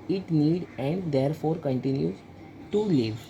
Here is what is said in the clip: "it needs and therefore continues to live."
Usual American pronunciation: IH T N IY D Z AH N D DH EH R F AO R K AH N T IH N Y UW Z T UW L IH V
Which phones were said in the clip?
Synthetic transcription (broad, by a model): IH T N IY D AH N D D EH R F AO R K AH N T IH N Y UW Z T UW L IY V